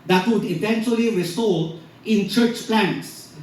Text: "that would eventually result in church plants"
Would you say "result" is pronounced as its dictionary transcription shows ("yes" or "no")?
no